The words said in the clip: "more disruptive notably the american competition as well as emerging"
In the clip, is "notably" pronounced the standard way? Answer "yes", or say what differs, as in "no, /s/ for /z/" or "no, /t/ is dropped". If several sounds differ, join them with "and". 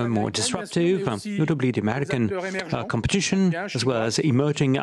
yes